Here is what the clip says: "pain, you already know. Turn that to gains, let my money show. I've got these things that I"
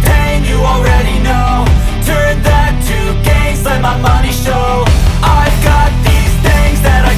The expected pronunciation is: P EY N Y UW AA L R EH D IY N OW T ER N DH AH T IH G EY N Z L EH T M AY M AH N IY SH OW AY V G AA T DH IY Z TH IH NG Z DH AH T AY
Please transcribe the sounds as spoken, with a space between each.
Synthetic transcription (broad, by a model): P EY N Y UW AA L R EH D IY N OW T ER N DH AH T IH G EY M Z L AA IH M AY M AH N IY SH OW AY V G AA T DH IY Z TH IH NG Z DH AH T AY